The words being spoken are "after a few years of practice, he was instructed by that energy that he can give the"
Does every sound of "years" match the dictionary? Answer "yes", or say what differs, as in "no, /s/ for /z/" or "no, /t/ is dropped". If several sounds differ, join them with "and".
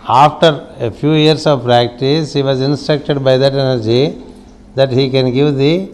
no, /s/ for /z/